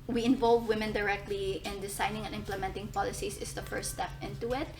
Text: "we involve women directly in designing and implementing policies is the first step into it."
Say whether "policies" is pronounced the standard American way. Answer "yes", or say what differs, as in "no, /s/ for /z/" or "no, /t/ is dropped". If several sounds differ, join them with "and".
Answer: no, /s/ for /z/